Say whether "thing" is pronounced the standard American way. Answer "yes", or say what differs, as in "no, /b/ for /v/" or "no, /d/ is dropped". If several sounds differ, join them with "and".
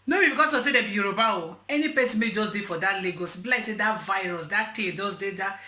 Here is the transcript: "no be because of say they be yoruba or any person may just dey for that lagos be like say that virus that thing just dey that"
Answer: no, /t/ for /θ/